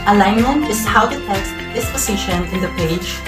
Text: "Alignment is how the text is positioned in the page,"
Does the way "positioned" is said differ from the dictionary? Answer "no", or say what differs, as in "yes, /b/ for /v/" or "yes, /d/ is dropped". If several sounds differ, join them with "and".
yes, /d/ is dropped